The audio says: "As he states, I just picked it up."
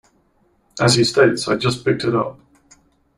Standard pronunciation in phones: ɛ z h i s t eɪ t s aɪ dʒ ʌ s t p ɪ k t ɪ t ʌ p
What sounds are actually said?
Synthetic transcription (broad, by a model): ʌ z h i s t eɪ t s aɪ dʒ ʌ s p ɪ k t ɪ t ʌ p